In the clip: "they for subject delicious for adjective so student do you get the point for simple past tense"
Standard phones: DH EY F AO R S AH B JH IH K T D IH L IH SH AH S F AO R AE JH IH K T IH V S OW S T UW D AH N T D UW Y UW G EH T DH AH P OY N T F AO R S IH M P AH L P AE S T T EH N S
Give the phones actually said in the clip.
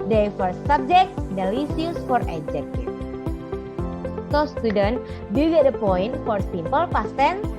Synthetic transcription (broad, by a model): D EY F AO R S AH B JH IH K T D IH L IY S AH S F AO R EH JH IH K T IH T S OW S T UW D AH N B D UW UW G EH T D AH P OY N T F AO R S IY M P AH L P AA S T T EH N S